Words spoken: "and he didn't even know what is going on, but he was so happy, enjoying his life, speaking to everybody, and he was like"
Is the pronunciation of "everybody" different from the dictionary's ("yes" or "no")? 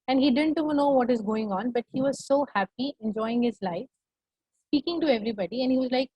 no